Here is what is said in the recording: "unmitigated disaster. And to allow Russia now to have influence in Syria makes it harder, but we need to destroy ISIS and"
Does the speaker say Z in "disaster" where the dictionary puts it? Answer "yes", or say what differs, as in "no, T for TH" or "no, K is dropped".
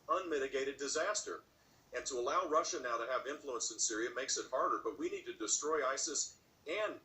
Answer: yes